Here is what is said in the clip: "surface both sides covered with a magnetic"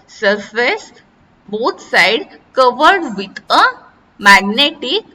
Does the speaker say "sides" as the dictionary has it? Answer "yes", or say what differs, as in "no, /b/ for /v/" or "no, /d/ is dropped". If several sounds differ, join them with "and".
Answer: no, /z/ is dropped